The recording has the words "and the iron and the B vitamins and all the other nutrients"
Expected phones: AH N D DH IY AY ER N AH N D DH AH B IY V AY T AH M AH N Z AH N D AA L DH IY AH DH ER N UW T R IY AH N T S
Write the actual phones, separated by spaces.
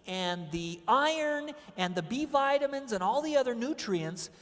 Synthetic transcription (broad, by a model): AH N DH IY AY ER N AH N DH AH B IY V AY T AH M AH N Z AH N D AA L DH IY AH DH ER N UW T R IY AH N T S